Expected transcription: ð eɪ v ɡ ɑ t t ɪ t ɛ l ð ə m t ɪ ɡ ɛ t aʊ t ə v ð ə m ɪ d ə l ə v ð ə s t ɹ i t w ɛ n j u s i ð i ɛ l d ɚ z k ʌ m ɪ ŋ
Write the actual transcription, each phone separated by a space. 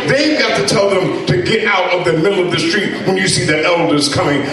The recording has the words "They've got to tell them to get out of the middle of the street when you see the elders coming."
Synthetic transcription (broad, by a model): ð eɪ v ɡ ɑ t t ɪ t ɛ l ð ə m t ɪ ɡ ɛ t aʊ t ə v ð ə m ɪ d l ə v ð ə s t ɹ i t w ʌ n j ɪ s i ð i ɛ l d ɚ z k ʌ m ɪ ŋ